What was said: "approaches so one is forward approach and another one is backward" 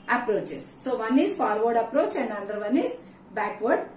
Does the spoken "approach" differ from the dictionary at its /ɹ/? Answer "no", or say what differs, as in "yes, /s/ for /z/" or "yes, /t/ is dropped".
no